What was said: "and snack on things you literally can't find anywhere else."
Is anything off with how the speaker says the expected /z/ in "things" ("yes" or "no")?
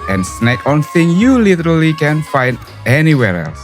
yes